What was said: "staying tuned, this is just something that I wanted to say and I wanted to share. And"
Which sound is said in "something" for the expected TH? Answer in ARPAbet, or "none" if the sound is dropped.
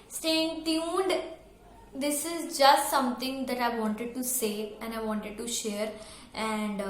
T